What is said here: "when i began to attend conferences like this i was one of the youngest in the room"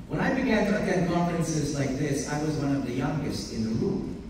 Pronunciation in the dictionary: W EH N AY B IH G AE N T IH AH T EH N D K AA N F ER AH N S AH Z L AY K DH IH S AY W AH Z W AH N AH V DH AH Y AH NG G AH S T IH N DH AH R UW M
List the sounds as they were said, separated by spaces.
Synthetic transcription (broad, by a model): W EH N AY B IH G AE N T IH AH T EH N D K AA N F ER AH N S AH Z L AY K DH IH S AY W AH Z W AH N AH V DH AH Y AH NG G AH S T IH N DH AH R UW M